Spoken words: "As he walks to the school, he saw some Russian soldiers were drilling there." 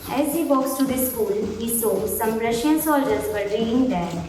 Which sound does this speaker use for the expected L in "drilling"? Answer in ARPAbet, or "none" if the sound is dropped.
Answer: none